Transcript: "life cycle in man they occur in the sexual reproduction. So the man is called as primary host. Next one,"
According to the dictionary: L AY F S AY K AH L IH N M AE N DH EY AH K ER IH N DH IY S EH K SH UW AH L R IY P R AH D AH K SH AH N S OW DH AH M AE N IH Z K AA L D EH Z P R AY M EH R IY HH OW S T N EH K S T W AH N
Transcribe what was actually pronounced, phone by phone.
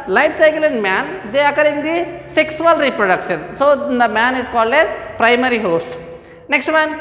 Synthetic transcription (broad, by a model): L AY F S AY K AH L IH N M AE N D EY AH K ER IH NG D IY S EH K S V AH L R IY P R AH D AH K SH AH N S OW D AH M AE N IH Z K AA L D EH Z P R AY M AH R IY HH OW S T N EH K S T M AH N